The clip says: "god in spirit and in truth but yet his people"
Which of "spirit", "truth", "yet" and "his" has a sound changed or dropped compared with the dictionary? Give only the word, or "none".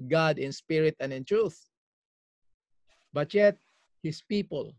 his